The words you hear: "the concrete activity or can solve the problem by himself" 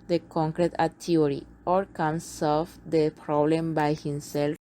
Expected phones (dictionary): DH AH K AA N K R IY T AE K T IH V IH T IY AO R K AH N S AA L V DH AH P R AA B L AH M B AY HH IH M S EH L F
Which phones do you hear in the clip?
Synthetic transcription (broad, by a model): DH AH K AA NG K R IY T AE T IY IH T IY AO R K AH N S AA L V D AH P R AA B L AH M B AY HH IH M S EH L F